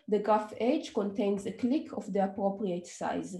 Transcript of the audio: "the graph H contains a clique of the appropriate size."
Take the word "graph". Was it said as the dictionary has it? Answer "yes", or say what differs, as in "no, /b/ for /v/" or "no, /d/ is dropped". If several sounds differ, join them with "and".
no, /ɹ/ is dropped